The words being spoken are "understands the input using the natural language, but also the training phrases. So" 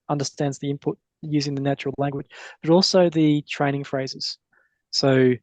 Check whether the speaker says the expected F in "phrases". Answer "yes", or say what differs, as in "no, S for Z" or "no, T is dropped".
yes